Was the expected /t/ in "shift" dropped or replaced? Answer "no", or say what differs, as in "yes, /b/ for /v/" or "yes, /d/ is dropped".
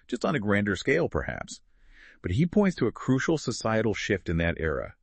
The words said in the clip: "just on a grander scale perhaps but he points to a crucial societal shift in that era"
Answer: no